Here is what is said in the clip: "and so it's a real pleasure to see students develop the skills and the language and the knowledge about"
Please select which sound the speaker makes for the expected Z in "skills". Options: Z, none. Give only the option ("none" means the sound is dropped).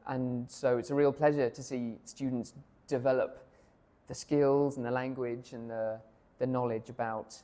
Z